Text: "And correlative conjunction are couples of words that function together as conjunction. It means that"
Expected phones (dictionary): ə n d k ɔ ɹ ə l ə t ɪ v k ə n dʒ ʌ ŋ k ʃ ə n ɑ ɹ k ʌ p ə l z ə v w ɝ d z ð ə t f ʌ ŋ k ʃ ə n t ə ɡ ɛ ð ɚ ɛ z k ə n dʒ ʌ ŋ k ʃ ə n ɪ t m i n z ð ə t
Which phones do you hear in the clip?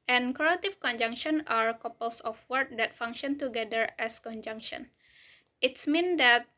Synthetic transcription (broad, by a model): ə n k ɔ ə t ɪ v k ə n dʒ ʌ ŋ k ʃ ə n ɑ ɹ k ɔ p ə l s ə f w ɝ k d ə t f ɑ ŋ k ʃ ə n t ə ɡ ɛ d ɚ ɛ s k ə n dʒ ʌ ŋ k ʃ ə n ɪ t m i n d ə t